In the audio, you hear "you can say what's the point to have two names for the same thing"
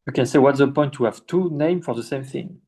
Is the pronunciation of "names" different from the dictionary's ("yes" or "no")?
yes